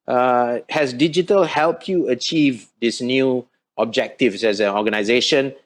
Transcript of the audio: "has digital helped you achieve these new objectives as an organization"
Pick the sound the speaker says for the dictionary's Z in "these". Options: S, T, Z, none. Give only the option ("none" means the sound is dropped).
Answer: S